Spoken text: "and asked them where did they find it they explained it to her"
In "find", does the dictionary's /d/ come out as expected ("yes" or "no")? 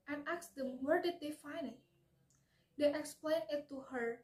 no